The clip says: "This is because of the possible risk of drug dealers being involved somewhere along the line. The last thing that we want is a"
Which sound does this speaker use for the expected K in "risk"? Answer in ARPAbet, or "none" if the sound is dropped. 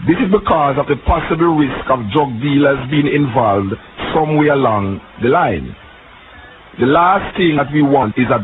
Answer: K